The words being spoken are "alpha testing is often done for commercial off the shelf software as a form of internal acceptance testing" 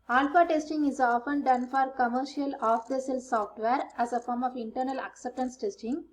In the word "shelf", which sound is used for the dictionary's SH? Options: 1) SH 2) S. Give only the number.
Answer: 2